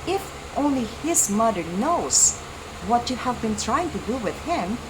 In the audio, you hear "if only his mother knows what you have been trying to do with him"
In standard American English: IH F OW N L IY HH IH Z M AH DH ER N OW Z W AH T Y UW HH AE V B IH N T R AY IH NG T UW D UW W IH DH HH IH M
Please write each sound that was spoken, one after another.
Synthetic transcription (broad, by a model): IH F OW N L IY HH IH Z M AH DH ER N OW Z W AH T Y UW HH AE V B IH N T R AY IH NG T UW D UW W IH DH HH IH M